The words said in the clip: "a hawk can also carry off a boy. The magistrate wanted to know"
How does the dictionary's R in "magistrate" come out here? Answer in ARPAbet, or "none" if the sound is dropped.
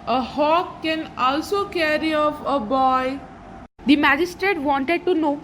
R